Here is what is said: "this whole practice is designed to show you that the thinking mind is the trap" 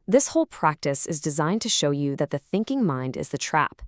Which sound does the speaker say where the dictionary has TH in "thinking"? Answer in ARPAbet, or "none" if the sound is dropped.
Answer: TH